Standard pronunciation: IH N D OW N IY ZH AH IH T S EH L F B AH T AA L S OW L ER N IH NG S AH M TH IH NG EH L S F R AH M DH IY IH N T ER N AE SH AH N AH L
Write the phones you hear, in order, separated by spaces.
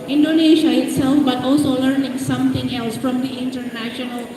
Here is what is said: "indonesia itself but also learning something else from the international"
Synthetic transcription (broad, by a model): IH N D OW N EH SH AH IH T S EH L F B AH T AA L S OW L ER N IH NG S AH M T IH NG EH L S F R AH M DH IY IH N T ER N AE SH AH N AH L